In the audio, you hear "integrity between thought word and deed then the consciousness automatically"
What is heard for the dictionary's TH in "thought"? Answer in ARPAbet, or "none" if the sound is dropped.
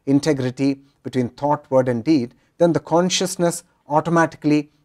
T